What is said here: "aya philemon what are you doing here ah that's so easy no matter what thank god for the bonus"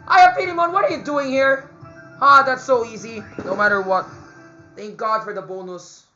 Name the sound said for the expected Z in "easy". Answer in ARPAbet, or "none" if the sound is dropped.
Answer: Z